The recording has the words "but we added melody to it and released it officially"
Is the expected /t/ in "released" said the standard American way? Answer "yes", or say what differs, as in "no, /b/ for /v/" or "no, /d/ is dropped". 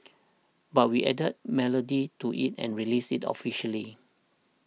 no, /t/ is dropped